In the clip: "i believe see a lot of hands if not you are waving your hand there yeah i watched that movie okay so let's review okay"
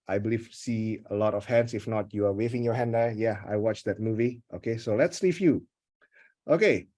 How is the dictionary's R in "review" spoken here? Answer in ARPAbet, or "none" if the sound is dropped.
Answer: L